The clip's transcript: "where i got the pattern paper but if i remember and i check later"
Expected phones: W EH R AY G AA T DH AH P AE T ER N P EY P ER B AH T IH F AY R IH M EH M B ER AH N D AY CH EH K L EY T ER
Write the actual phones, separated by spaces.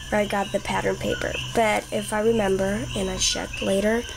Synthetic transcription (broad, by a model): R AY G AA T DH AH P AE T ER N P EY P ER B AH T IH F AY R IH M EH M B ER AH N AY SH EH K L EY T ER